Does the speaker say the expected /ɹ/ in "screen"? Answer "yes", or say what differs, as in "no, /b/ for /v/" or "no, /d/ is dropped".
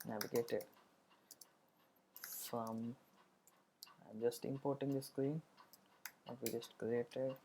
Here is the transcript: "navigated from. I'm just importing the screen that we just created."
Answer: yes